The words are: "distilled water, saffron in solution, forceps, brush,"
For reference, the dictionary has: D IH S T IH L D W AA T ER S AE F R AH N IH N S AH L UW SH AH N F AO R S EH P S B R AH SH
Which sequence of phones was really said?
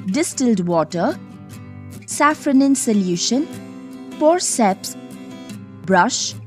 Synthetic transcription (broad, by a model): D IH S T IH L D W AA T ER S AE F R AH N IH N S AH L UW SH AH N P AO R S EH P S B R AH SH